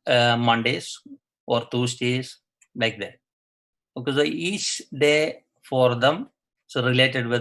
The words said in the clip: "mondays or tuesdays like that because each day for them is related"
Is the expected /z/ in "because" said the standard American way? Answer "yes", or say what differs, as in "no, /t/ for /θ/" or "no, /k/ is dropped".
no, /z/ is dropped